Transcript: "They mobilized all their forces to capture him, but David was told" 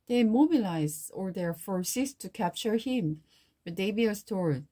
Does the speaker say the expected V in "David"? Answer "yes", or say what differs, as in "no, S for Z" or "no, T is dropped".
no, B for V